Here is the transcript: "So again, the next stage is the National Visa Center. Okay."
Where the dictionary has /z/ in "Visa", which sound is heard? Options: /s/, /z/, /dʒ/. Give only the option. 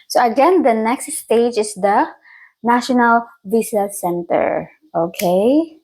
/s/